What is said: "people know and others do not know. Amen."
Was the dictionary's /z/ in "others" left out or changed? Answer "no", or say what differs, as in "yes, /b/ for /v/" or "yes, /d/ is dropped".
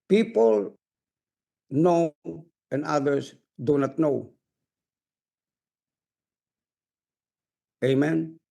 yes, /s/ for /z/